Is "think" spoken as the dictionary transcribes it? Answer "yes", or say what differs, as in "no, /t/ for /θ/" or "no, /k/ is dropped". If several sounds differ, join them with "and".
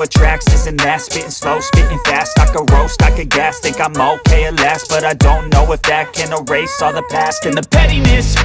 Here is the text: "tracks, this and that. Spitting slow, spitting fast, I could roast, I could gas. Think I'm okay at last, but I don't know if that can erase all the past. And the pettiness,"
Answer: no, /t/ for /θ/ and /ŋ/ is dropped